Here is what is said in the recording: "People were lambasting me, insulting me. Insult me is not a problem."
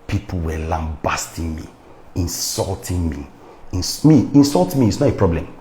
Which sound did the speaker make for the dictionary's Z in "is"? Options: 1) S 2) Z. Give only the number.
1